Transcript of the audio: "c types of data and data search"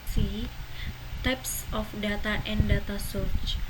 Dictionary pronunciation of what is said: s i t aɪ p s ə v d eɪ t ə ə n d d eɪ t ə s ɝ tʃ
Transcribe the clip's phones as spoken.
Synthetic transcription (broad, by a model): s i t aɪ p s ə f d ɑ t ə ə n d d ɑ t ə s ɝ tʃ